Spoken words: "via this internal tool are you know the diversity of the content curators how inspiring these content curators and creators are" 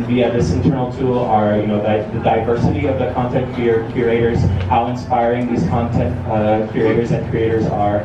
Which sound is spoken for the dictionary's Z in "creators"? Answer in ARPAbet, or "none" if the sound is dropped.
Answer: Z